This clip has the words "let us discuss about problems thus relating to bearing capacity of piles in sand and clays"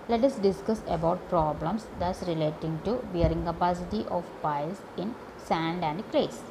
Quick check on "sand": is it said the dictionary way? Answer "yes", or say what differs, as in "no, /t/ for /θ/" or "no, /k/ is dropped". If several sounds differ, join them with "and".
yes